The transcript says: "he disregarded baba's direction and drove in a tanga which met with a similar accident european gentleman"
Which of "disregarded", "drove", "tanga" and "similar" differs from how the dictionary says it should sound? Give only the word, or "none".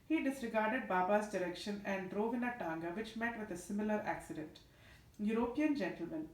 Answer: none